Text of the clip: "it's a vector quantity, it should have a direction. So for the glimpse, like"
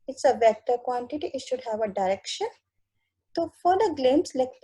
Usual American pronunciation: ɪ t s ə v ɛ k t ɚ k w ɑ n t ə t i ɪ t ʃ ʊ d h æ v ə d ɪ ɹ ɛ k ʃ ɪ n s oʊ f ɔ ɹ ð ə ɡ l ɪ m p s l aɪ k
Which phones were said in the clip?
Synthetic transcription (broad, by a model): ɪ t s ə v ɛ k t ɚ k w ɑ n t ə t i ɪ t ʃ ʊ d h æ v ə d ɪ ɹ ɛ k ʃ ɪ n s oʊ f ɔ ɹ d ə ɡ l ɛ m s l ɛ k